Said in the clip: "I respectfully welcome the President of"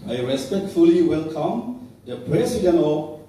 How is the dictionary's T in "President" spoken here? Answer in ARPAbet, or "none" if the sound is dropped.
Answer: none